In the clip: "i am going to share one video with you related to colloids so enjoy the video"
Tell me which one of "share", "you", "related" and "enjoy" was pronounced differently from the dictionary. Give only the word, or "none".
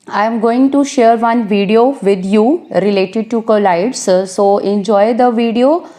none